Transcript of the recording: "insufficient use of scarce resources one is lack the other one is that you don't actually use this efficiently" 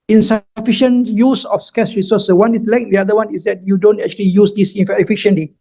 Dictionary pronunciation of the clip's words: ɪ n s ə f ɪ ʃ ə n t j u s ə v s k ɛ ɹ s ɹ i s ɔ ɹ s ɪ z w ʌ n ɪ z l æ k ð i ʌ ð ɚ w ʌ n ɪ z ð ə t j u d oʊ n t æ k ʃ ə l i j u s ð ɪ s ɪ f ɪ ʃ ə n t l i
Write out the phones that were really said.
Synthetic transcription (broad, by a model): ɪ n s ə f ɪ ʃ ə n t j u s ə f s k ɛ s ɹ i s ɔ s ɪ w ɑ n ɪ s l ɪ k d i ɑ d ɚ w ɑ n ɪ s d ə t j u d oʊ n t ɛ k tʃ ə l i j u s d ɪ s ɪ f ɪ ʃ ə n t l i